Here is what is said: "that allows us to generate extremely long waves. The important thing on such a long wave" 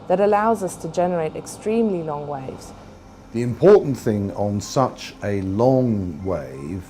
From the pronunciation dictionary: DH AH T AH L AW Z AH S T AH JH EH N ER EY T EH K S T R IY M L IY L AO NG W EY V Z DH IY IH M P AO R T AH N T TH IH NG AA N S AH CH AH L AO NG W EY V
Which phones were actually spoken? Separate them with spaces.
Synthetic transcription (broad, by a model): DH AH T AH L AW Z AH S T AH JH EH N ER EY T EH K S T R IY M L IY L AO NG W EY V Z DH IY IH M P AO T N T TH IH NG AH N S AH CH AH L AO NG W EY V